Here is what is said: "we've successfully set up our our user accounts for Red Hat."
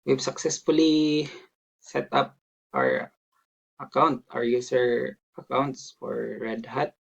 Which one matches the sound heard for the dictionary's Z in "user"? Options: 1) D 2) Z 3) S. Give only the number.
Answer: 3